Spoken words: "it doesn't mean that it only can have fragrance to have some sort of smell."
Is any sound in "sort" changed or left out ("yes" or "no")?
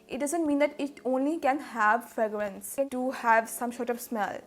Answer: yes